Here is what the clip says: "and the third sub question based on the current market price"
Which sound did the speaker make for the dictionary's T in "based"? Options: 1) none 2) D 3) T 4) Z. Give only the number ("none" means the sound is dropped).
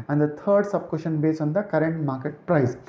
1